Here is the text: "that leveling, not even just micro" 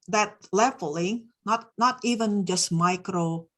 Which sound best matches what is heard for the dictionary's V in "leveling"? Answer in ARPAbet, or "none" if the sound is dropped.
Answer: F